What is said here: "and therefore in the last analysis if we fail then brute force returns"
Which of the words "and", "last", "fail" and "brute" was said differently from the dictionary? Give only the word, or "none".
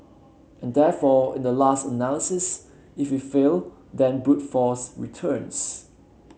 brute